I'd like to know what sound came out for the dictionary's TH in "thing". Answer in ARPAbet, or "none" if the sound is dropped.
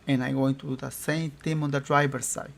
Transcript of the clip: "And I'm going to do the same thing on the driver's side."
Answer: T